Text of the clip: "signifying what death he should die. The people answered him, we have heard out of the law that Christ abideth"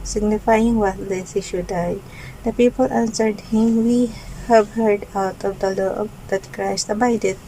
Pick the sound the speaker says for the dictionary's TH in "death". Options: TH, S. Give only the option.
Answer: S